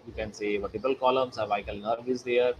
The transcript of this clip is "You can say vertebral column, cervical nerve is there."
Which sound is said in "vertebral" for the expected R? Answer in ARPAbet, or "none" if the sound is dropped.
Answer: none